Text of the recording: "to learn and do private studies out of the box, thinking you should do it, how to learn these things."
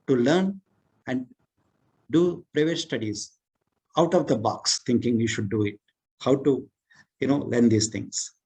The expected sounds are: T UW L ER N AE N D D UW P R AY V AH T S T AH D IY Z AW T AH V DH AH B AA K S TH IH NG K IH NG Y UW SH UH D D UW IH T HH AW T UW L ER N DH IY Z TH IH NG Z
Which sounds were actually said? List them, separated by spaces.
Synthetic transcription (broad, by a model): T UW L ER N AE N D D UW P R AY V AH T S T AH D IY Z AW T AH V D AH B AA K S T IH NG K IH NG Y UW SH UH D D UW IH T HH AW T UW L ER N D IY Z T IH NG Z